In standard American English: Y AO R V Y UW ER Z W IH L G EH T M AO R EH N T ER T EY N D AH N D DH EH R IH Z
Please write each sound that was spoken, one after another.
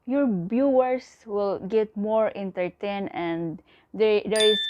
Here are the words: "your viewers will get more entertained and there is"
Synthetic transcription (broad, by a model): Y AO R B Y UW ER S W IH L G EH T M AO R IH N T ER T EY N AH N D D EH R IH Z